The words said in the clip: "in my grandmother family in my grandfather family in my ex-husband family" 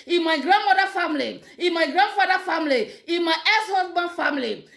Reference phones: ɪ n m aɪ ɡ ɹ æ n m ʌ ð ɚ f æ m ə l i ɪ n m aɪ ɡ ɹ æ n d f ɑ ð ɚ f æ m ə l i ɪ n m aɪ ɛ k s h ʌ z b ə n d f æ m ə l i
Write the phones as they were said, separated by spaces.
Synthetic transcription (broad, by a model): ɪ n m aɪ ɡ ɹ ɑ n m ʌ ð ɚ f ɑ m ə l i ɪ n m aɪ ɡ ɹ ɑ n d f ɑ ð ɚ f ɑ m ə l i ɪ n m aɪ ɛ s h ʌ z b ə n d f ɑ m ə l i